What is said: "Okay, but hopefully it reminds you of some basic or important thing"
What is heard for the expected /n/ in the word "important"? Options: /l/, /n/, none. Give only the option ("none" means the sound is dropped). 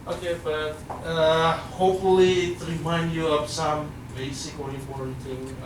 none